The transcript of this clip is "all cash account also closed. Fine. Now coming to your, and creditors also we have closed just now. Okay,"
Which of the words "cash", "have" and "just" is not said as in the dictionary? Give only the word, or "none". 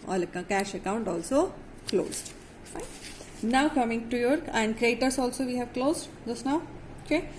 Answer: none